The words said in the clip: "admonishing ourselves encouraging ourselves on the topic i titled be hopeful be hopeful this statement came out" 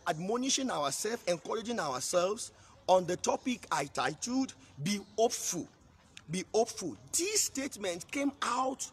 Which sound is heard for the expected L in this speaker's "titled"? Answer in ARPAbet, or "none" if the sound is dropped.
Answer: none